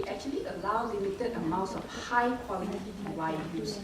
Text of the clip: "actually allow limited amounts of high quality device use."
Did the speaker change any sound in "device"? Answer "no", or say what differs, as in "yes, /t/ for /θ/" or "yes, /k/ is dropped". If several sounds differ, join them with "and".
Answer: yes, /s/ is dropped